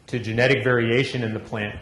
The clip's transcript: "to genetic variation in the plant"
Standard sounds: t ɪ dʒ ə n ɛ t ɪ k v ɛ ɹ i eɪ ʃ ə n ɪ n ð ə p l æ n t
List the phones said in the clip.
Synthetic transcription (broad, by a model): t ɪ dʒ ə n ɛ t ɪ k v ɛ ɹ i eɪ ʃ ə n ɪ n ð ə p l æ n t